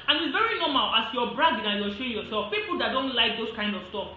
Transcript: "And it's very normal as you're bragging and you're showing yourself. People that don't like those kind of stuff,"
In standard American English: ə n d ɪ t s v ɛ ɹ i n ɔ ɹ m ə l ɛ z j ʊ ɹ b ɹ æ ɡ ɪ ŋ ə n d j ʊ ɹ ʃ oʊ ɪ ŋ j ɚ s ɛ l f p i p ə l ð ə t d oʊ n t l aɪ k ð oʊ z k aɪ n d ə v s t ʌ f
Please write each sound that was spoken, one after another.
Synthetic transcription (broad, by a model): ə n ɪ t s v ɛ ɹ i n ɔ m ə l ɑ s j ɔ b ɹ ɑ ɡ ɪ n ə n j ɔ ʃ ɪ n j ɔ s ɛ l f p i p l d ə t d oʊ n t l aɪ k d oʊ s k aɪ n d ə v s t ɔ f